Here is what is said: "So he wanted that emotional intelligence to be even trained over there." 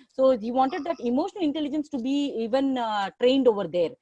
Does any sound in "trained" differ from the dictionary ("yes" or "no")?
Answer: no